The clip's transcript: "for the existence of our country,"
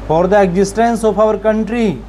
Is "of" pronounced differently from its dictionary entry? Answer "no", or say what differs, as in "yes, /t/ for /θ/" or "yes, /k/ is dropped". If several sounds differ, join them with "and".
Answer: yes, /p/ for /v/